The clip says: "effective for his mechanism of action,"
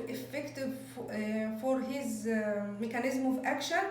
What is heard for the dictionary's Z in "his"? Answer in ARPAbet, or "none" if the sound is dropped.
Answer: Z